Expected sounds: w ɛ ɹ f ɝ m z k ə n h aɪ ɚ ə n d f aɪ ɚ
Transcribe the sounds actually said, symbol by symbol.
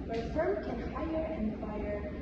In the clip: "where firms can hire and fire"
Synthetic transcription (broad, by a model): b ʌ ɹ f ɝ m k ə n h aɪ ɚ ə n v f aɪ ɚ